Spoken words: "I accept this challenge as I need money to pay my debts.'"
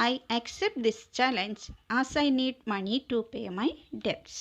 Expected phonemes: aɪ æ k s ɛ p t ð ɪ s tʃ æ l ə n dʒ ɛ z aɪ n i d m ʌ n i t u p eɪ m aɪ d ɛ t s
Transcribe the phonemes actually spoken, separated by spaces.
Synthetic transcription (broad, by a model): aɪ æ k s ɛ p t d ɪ s tʃ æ l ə n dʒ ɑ s aɪ n i d m ʌ n i t u p eɪ m aɪ d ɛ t s